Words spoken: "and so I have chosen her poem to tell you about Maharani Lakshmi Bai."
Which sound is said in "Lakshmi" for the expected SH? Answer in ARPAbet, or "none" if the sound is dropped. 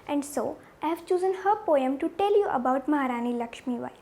SH